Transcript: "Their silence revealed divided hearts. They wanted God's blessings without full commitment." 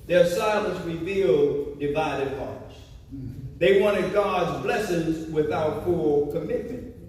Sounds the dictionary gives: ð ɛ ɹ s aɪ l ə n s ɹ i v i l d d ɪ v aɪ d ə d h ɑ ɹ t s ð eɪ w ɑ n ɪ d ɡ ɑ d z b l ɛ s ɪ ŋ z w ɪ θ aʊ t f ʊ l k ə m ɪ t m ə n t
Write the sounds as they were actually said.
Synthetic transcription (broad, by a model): ð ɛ ɹ s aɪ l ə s ɹ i v i l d d ɪ v aɪ d ə d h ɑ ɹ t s ð eɪ w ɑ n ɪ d ɡ ɑ d z b l ɛ s ɪ ŋ z w ɪ θ aʊ t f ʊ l k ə m ɪ t m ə n t